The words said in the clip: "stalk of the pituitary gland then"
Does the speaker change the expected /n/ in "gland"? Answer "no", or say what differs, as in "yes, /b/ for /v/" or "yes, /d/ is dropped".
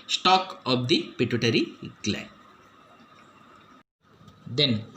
yes, /n/ is dropped